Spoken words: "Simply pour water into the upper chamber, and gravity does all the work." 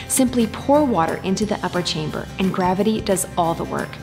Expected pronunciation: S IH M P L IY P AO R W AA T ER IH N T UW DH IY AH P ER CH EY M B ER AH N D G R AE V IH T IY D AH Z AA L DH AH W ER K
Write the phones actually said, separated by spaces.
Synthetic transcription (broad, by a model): S IH M P L IY P AO R W AA T ER IH N T UW DH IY AH P ER CH EY M B ER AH N G R AE V IH T IY D AH Z AA L DH AH W ER K